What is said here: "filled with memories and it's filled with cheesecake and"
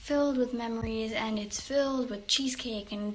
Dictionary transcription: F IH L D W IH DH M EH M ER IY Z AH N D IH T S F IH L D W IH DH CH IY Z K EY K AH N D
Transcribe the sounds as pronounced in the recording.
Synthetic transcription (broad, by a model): F IH L D W IH DH M EH M ER IY Z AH N IH T S F IH L D W IH DH CH IY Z K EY K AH N